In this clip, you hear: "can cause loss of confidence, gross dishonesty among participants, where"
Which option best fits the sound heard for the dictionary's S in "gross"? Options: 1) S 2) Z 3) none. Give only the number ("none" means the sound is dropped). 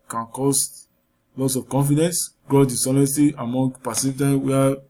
3